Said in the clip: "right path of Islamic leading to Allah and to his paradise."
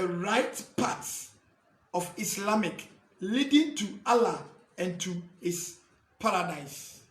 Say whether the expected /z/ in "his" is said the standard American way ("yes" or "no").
no